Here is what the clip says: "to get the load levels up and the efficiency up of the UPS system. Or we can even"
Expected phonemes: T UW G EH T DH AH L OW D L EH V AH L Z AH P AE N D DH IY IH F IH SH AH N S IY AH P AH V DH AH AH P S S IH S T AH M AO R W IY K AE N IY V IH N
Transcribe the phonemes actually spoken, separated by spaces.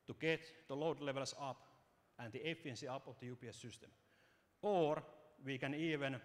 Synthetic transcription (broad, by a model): T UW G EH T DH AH L OW D L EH V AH L S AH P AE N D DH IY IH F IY AH N S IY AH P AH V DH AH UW P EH S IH S T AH M AO R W IY K AE N IY V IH N